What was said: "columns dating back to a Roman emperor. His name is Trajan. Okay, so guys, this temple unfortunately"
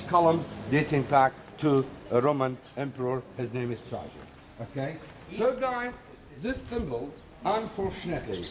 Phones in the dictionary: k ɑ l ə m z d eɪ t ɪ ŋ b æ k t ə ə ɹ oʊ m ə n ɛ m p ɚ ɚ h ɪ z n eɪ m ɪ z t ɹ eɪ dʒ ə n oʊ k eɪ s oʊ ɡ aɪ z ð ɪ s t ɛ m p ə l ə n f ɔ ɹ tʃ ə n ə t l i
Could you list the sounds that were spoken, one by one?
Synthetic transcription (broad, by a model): k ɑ l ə m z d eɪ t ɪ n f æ k t ə ə ɹ oʊ m ə n ɛ m p ɚ ɚ h ɪ z n eɪ m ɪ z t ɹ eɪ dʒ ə oʊ k eɪ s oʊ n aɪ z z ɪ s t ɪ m b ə l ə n f ɔ ɹ tʃ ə n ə t l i